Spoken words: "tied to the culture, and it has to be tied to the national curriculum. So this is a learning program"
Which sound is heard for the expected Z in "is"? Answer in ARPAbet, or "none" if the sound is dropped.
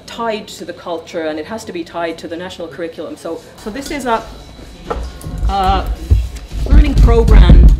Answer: Z